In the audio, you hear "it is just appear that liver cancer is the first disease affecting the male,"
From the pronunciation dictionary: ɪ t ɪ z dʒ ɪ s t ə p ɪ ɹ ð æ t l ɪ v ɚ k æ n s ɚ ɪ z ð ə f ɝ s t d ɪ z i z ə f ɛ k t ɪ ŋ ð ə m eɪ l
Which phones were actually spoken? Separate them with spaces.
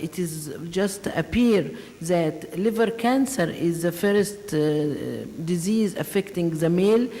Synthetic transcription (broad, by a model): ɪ t ɪ z dʒ ɪ s t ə p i ɹ ð æ t l ɪ v ɚ k æ n s ɚ ɪ z ð ə f ɝ s t d ɪ z i z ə f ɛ k t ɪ ŋ ð ə m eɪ l